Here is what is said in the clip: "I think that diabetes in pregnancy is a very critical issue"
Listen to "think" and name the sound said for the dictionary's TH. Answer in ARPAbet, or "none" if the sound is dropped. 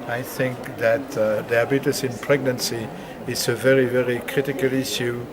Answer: TH